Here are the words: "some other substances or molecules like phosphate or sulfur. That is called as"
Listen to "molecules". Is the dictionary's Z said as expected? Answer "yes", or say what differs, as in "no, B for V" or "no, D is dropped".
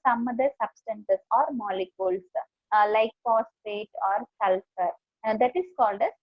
no, S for Z